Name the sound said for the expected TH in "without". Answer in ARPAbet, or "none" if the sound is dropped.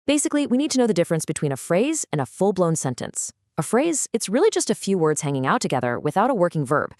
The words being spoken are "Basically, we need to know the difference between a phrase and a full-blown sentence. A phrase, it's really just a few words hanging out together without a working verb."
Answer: TH